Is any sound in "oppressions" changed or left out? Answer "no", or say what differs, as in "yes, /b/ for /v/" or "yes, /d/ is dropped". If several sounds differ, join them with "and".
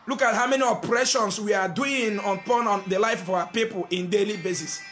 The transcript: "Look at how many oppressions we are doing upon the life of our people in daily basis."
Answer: yes, /s/ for /z/